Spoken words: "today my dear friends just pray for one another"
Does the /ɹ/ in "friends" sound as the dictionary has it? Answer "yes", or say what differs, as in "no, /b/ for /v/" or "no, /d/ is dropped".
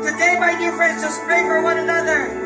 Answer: yes